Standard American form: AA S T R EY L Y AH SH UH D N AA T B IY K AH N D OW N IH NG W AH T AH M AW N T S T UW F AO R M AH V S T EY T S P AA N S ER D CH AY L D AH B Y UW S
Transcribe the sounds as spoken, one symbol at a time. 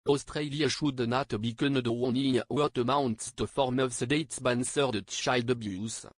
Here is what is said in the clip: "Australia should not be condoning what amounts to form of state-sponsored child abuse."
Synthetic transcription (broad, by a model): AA S T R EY L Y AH SH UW D N AA T B IY K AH N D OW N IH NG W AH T AH M AW N T S T UW F AO R M AH V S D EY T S B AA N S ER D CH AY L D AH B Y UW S